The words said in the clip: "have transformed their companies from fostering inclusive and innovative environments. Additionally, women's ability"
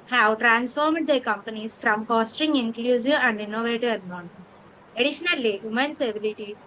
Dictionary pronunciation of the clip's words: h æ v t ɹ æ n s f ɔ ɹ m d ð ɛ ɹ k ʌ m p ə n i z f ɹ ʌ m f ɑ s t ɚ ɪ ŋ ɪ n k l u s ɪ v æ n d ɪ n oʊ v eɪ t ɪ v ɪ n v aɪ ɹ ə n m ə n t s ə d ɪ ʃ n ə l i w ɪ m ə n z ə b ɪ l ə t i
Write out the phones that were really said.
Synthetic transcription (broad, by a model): h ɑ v t ɹ æ n s f ɔ ɹ m d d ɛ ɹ k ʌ m p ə n i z f ɹ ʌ m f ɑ s t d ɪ ŋ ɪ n k l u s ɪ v æ n d ɪ n oʊ v eɪ t ɪ v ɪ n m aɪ ə n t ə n s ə d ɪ ʃ n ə l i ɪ m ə n s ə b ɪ l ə t i